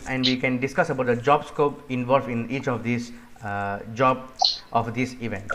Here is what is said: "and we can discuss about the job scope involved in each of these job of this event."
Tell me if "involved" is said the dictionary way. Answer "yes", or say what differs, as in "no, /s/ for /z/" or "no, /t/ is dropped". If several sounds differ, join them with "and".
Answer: no, /d/ is dropped